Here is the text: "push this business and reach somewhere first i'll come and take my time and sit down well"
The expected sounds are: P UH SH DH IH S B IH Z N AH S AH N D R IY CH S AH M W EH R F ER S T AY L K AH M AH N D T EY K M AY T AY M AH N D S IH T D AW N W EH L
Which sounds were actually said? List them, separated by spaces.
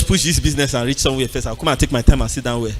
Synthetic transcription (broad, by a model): P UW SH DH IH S B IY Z N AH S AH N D R IY CH S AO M W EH F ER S AY W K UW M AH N T EY K M AY T AY M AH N S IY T D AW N W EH